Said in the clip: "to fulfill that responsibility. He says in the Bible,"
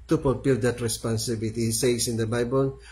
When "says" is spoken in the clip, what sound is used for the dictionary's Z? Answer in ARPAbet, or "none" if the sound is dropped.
S